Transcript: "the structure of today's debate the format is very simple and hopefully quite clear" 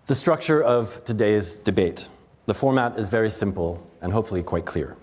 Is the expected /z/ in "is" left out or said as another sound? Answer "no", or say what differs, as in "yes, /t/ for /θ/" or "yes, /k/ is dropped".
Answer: no